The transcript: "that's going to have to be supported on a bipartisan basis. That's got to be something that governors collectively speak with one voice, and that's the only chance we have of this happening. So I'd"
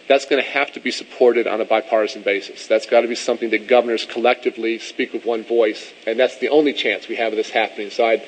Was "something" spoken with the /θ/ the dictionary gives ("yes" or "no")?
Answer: yes